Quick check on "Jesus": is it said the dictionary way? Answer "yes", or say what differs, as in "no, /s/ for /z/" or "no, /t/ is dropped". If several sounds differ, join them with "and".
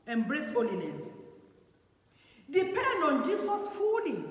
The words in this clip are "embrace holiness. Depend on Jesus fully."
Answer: no, /s/ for /z/